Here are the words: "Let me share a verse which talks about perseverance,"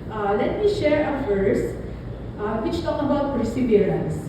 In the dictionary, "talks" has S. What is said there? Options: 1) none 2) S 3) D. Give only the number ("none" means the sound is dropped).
1